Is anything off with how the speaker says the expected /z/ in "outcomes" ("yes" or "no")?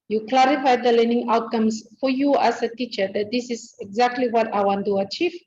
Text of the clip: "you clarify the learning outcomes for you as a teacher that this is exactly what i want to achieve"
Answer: yes